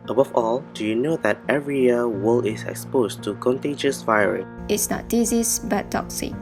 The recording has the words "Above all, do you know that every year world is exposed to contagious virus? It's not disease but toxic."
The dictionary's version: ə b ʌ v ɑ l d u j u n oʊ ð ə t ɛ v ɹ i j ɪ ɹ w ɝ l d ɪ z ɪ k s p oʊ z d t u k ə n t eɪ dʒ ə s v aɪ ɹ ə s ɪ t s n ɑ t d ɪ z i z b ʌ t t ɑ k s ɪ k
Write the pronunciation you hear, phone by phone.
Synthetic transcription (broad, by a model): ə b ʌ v ɑ l d u j u n oʊ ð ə t ɛ v ɹ i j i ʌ w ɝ l ɪ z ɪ k s p oʊ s t u k ə n t eɪ dʒ ə s v aɪ ɹ ə s ɪ t s n ɑ t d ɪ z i s b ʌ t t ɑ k s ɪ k